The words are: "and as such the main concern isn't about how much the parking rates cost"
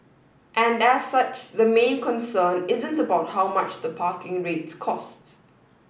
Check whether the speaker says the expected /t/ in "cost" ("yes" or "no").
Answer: yes